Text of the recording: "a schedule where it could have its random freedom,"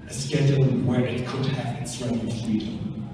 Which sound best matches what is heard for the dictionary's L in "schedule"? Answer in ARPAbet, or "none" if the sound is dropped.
N